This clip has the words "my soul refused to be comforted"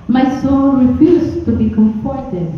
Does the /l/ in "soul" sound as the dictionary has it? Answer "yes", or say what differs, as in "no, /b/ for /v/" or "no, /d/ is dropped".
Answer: no, /n/ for /l/